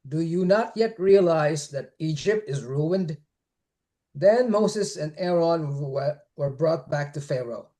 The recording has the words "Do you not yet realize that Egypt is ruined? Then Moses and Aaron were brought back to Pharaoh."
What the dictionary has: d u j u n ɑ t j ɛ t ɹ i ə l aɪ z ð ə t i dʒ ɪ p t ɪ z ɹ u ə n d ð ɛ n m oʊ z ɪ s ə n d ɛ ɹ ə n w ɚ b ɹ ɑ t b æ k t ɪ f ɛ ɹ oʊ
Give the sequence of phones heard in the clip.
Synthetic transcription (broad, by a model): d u j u n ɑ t j ɛ t ɹ i ə l aɪ z ð ə t i dʒ ɪ p t ɪ z ɹ u ə n d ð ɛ n m oʊ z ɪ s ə n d ɛ ɹ ə n w ɚ b ɹ ɑ t b æ k t ɪ f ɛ ɹ oʊ